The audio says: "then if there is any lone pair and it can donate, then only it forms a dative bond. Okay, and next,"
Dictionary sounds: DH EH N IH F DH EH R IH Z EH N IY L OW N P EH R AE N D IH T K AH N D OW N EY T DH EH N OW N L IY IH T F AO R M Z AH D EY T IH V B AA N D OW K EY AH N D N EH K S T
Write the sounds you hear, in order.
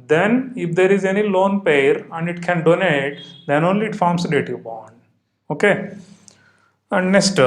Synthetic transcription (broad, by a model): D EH N IH F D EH R IH Z EH N IY L OW N P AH R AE N D IH T K AH N D OW N EY T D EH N OW N L IY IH T F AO R M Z AH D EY T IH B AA N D OW K EY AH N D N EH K S T